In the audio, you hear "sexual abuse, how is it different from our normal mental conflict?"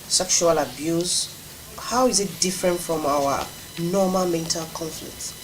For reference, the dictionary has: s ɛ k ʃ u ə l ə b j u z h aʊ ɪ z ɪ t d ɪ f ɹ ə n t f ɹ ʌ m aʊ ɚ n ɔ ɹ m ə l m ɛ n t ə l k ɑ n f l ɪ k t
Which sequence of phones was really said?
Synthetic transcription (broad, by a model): s ɛ k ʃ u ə l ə b j u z h aʊ ɪ z ɪ t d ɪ f ɹ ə n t f ɹ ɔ m aʊ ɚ n ɔ m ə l m ɛ n t ə l k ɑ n f l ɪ k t